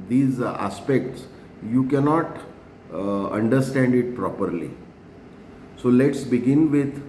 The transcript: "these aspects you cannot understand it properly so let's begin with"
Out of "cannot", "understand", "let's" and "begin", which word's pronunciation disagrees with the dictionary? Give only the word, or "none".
none